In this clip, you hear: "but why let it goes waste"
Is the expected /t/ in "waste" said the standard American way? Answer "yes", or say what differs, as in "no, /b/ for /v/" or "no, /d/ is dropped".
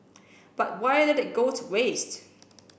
yes